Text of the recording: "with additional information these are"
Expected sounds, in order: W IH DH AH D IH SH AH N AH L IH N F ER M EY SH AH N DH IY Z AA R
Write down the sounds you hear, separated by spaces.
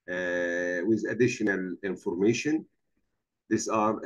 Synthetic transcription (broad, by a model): W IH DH AH D IH SH AH N AH L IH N F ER M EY SH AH N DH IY S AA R